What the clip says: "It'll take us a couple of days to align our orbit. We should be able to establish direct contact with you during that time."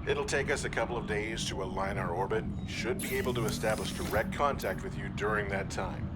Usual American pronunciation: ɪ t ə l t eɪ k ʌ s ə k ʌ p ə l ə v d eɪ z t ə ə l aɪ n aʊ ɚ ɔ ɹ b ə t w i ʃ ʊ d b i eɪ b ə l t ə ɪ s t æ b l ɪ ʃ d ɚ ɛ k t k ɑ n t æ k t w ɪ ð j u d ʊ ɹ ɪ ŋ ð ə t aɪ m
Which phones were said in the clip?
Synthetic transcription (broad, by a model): ɪ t l t eɪ k ʌ s ə k ʌ p l ə v d eɪ z t ə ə l aɪ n aʊ ɚ ɔ ɹ b ə t ʃ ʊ d b i eɪ b l t ə ɪ s t æ b l ɪ ʃ d ɚ ɛ k t k ɑ n t æ k t w ɪ ð j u d ʊ ɹ ɪ ŋ ð ə t aɪ m